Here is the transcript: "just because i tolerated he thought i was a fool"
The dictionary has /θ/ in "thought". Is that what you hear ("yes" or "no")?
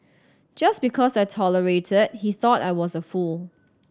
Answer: yes